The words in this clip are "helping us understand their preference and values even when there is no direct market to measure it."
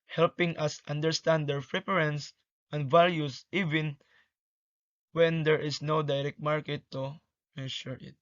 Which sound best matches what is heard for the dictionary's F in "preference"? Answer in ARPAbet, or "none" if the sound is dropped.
P